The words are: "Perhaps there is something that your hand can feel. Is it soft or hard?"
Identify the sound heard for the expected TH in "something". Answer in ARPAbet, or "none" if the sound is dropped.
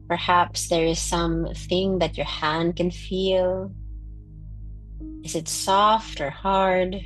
TH